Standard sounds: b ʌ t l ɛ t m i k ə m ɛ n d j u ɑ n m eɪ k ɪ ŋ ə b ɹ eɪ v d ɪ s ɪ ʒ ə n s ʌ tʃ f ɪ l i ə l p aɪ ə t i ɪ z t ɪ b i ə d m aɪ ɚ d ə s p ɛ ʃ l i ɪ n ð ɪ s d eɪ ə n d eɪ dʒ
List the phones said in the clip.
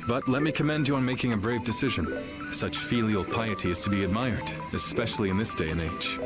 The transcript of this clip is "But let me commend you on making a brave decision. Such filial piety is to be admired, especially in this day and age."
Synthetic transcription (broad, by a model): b ʌ t l ɛ t m i k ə m ɛ n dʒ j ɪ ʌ n m eɪ k ɪ ŋ ə b ɹ eɪ v d ɪ s ɪ ʒ ə n s ʌ tʃ f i l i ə l p aɪ ə t i ɪ z t ɪ b i ə d m aɪ ɚ d ə s p ɛ ʃ l i ɪ n ð ɪ s d eɪ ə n eɪ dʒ